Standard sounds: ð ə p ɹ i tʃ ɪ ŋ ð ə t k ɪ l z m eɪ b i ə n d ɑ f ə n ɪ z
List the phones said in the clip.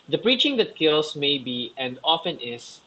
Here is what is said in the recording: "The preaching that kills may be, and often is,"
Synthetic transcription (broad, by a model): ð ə p ɹ i tʃ ɪ ŋ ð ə t k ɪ l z m eɪ b i ə n d ɑ f ə n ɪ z